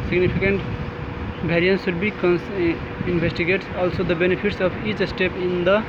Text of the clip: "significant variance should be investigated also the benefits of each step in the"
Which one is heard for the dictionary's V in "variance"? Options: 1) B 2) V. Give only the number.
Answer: 1